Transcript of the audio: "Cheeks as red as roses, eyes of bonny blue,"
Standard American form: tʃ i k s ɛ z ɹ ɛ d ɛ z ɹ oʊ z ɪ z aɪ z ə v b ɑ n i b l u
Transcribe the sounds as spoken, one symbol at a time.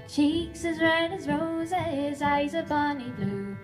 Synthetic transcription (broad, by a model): tʃ i k s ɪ z ɹ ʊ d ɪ z ɹ oʊ z ɪ z aɪ z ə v b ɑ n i b l u